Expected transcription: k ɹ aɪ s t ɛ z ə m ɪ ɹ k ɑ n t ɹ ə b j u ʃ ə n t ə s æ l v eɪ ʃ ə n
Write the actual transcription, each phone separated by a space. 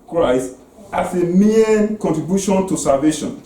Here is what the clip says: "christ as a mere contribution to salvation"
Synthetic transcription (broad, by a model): k ɹ aɪ s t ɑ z ə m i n k ɑ n t ɹ ə b j u ʃ ə n t ə s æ l v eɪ ʃ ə n